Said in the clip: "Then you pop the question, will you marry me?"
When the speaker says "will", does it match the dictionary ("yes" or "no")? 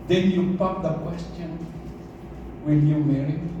no